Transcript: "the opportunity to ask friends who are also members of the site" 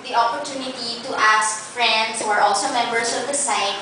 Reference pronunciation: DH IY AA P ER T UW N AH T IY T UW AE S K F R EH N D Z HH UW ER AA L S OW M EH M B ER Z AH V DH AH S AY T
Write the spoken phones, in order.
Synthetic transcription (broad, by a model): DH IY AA P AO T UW N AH T IY T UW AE S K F R EH N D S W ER AA L S OW M EH M B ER S AH V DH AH S AY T